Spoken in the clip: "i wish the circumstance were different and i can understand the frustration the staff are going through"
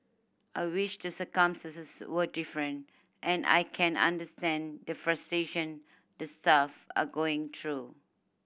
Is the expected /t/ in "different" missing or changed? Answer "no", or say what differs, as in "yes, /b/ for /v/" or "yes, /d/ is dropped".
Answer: no